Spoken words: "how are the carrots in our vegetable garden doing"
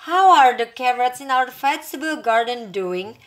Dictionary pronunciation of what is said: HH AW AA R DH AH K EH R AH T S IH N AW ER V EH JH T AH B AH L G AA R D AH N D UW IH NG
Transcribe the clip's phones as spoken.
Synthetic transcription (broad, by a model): HH AW AA R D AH K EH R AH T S IH N AW ER F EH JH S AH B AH L G AA R D AH N D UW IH NG